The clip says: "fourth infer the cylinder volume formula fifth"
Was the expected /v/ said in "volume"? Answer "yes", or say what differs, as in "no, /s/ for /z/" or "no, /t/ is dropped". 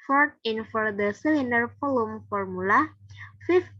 no, /f/ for /v/